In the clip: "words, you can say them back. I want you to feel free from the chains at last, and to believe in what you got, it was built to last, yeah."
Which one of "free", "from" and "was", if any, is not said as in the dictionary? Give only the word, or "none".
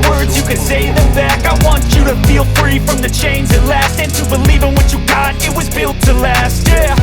none